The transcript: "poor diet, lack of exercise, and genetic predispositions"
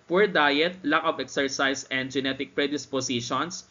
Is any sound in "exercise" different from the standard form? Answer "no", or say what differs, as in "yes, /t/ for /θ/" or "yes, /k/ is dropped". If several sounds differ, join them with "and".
yes, /s/ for /z/